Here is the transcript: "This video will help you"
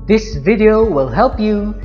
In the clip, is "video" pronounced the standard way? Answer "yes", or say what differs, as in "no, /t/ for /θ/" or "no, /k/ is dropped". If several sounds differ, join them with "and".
yes